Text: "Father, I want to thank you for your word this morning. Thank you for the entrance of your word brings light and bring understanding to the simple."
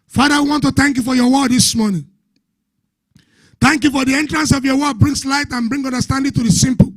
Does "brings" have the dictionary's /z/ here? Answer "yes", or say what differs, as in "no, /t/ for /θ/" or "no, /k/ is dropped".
no, /s/ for /z/